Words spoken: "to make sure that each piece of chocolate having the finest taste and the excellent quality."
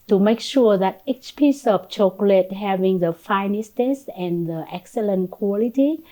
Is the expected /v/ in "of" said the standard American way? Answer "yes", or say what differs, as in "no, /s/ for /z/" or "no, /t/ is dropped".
no, /p/ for /v/